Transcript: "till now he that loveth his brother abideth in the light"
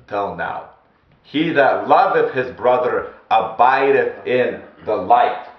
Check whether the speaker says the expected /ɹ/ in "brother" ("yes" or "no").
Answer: yes